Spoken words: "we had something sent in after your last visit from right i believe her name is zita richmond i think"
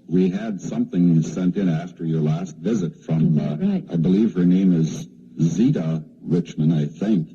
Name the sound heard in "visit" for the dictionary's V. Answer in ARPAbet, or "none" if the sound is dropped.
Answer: V